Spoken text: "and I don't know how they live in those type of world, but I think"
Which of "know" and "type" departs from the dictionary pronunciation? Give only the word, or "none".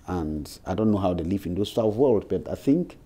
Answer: type